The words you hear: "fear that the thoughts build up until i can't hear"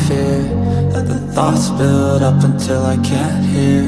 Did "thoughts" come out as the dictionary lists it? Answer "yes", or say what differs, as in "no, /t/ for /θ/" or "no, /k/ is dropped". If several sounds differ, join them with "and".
yes